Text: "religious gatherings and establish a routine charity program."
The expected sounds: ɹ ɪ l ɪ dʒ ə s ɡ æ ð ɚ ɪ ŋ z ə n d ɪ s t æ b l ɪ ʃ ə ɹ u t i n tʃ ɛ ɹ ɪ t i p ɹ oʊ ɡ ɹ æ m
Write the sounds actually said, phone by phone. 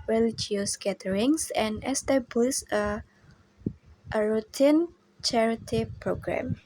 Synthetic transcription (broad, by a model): ɹ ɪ l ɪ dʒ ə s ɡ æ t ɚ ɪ ŋ s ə n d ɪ s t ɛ b l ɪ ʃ ə ɹ u t i n tʃ ɛ ɹ ɪ t i p ɹ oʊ ɡ ɹ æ m